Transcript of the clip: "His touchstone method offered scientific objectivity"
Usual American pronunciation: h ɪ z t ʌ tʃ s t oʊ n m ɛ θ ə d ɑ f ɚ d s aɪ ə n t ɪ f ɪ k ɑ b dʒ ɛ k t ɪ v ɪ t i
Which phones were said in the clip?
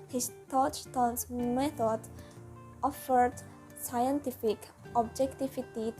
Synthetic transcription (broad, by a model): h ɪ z t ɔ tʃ t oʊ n m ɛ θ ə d ɑ f ɚ d s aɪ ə n t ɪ f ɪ k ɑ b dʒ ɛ k t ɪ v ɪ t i